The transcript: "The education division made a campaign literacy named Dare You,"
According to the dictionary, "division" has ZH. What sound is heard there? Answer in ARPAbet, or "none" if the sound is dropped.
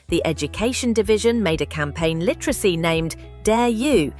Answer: ZH